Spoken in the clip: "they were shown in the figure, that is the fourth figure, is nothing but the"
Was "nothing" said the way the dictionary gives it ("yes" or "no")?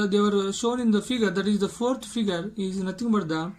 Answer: no